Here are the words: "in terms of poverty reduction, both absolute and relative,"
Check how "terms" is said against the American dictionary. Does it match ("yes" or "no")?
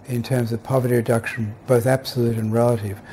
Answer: yes